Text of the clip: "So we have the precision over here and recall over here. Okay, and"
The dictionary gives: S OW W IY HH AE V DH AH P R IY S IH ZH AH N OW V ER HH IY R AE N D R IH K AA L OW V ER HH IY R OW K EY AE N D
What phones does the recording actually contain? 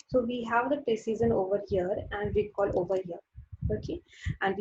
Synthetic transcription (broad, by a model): S OW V IY HH AE V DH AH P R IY S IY Z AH N OW V ER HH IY R AE N D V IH K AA L OW V ER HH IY R OW K EY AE N D